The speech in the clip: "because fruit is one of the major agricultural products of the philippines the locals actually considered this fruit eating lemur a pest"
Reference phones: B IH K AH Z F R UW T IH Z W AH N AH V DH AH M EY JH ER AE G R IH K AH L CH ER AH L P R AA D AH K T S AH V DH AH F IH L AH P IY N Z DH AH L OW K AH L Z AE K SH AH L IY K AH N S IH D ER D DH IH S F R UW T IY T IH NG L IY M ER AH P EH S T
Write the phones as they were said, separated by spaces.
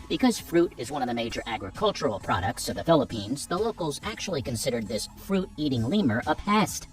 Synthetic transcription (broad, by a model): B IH K AH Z F R UW T IH Z W AH N AH V DH AH M EY JH ER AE G R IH K AH L CH ER L P R AA D AH K T S AH V DH AH F IH L AH P IY N Z DH AH L OW K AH L Z AE K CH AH L IY K AH N S IH D ER D DH IH S F R UW T IY T IH NG L IY M ER AH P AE S T